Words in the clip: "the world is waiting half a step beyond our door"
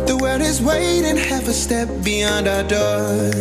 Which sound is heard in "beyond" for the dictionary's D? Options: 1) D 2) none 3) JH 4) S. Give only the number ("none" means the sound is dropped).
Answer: 1